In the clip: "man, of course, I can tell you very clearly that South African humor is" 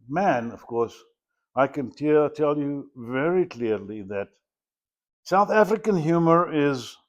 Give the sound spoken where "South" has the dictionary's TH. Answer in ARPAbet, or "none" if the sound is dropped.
TH